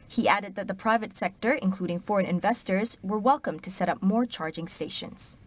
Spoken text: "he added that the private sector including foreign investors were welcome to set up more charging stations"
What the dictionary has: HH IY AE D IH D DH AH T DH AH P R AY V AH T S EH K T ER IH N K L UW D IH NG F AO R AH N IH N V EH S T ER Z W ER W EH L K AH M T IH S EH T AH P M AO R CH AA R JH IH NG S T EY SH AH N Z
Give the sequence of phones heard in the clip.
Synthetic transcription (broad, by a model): HH IY AE D IH D DH AH T DH AH P R AY V AH T S EH K T ER IH N K L UW D IH NG F AO R AH N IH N V EH S T ER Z W ER W EH L K AH M T IH S EH T AH P M AO R CH AA R JH IH NG S T EY SH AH N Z